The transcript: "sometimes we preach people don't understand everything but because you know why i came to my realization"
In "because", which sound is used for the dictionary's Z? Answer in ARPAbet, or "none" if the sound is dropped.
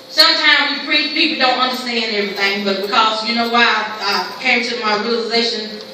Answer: Z